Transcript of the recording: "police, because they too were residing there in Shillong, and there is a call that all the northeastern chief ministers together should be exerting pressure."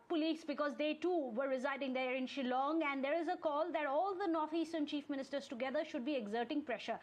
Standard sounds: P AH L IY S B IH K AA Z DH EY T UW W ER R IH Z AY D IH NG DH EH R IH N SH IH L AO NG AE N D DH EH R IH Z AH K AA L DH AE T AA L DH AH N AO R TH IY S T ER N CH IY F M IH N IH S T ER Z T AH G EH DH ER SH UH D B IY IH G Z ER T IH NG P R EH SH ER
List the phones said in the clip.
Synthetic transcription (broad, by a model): P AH L IY S B IH K AA Z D EY T UW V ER R IH Z AY D IH NG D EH R IH N SH IH L AO NG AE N D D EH R IH Z AH K AA L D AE T AA L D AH N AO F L IY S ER N CH IY F M IH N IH S T ER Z T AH G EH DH ER SH UH D B IY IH G Z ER T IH NG P R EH SH ER